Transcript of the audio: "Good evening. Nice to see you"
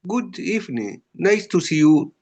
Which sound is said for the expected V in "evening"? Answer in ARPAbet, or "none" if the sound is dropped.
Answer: F